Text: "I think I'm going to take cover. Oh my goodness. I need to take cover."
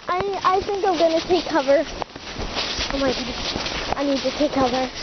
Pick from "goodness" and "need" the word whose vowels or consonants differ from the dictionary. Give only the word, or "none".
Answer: goodness